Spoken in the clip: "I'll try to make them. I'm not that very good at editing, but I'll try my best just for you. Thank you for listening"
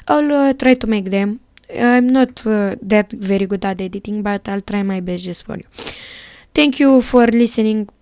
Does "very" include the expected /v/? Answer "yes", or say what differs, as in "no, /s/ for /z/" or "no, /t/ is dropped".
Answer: yes